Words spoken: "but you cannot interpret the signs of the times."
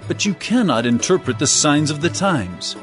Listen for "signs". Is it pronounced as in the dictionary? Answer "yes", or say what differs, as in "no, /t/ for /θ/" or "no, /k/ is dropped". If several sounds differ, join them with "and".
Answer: yes